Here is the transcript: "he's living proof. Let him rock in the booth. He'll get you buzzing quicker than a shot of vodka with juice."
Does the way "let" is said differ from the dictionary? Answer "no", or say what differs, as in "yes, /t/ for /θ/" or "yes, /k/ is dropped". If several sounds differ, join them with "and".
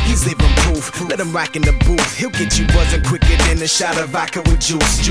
no